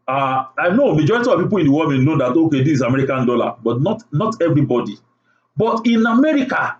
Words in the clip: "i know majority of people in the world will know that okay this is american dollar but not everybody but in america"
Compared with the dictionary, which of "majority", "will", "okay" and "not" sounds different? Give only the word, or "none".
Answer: will